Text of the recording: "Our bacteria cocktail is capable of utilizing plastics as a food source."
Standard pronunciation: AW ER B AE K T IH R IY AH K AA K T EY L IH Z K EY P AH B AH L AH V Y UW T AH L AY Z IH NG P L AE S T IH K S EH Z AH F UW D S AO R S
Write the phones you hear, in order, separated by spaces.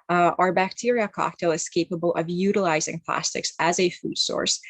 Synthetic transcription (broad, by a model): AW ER B AE K T IH R IY AH K AA K T EY L IH Z K EY P AH B AH L AH V Y UW T AH L AY Z IH NG P L AE S T IH K S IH Z AH F UW D S AO R S